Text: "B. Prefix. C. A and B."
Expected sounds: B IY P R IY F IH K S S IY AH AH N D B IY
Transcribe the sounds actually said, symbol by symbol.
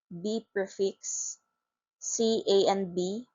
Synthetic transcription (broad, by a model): B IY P EH F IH K S S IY AH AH N B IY